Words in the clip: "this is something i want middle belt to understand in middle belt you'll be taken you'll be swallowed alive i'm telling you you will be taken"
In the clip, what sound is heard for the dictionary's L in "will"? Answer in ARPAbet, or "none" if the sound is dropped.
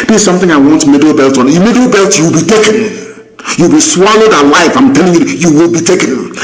L